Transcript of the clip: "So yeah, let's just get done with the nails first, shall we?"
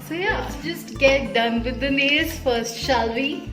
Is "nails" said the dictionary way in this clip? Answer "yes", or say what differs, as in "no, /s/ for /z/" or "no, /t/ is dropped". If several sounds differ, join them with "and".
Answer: no, /l/ is dropped